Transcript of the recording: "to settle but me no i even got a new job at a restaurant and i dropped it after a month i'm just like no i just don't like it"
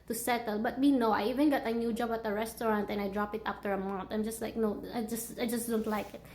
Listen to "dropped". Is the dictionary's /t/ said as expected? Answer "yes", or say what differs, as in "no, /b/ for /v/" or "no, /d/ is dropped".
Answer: no, /t/ is dropped